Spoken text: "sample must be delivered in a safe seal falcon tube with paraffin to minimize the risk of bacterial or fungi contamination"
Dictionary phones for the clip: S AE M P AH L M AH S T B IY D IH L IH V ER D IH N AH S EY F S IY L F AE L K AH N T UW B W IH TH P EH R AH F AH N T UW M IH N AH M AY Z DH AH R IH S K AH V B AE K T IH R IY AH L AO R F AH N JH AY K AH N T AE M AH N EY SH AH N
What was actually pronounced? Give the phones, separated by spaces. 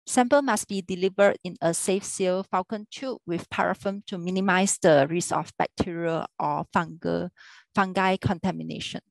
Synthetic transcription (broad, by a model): S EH M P AH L M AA S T B IY D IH L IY V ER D IH N AH S EY F S IY L F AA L K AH N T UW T W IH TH P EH R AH F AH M T UW M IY N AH M AY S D AH R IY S AH F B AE K T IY R IY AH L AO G F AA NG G AY K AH N T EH M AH N EY SH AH N